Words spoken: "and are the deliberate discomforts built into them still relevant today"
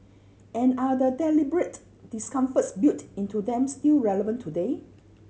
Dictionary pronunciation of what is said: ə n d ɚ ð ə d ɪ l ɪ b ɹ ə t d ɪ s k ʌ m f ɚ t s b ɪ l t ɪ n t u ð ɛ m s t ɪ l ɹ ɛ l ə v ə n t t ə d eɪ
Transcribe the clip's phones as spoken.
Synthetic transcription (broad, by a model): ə n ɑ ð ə d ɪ l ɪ b ɹ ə t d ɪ s k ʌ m f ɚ t s b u t ɪ n t u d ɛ m s t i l ɹ ɛ l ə v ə n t t ə d eɪ